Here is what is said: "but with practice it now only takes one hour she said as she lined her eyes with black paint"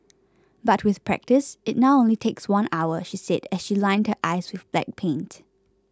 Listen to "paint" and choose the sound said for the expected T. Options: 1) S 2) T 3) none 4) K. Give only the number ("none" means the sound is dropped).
2